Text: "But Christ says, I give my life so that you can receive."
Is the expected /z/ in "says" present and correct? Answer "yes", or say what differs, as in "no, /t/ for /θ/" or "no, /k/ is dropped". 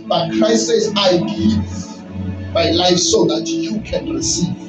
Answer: no, /s/ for /z/